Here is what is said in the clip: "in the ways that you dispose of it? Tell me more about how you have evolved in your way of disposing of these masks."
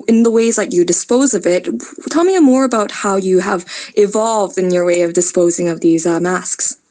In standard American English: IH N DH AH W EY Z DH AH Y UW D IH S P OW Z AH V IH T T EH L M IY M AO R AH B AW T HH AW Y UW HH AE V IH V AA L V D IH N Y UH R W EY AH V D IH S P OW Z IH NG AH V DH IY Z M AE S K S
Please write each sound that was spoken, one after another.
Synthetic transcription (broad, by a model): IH N DH AH W EY Z DH AH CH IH D IH S P OW Z AH V IH T T EH L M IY M AO R AH B AW T HH AW Y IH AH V IH V AA L V D IH N Y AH R W EY AH V D IH S P OW Z IH NG AH V DH IY Z M AE S K S